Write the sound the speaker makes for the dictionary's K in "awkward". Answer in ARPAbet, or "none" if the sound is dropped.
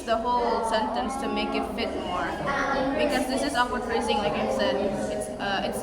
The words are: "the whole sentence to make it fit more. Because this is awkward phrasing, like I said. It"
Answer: none